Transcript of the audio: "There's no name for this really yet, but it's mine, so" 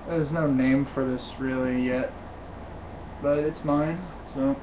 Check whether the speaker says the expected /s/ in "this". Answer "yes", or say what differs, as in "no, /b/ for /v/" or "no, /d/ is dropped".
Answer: yes